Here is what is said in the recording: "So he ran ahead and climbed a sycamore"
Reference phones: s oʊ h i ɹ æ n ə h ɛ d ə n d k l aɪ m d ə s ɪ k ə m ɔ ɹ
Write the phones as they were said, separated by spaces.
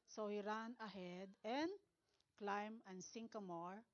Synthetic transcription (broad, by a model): s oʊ h i ɹ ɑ n ə h ɛ d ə n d k l aɪ m ə s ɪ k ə m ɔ ɹ